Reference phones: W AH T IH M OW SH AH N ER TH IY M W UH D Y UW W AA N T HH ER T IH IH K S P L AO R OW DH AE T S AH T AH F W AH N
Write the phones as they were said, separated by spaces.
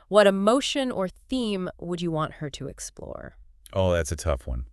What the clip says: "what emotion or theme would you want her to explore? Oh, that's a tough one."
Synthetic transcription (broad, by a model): W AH T IH M OW SH AH N ER TH IY M W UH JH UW W AA N T HH ER T IH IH K S P L AO R OW DH AE T S AH T AH F W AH N